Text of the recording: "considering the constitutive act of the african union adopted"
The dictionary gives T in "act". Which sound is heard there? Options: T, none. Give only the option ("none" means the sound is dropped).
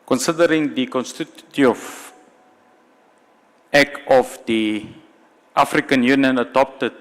none